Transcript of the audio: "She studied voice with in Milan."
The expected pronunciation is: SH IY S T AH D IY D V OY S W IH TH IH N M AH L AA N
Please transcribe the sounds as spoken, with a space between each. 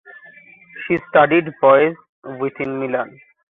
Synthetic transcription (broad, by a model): SH IY S T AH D IY D B OY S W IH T IH N M AH L AA N